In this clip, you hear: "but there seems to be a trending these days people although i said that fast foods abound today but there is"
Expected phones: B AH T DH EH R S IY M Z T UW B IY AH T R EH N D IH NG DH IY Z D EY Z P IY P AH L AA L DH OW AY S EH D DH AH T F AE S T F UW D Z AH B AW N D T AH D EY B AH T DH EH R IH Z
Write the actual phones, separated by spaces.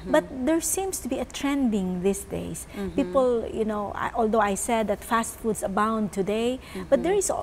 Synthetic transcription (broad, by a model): B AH T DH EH R S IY M S T UW B IY AH T R EH N D IH NG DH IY S D EY S P IY P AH L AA L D OW AY S EH D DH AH T F AE S T F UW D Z AH B AW N D T AH D EY B AH T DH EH R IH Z